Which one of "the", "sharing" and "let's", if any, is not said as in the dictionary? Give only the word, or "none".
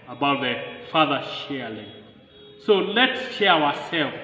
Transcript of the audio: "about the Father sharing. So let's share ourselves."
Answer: sharing